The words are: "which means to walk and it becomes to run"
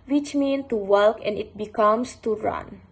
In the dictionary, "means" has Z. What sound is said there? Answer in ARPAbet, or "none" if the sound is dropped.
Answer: none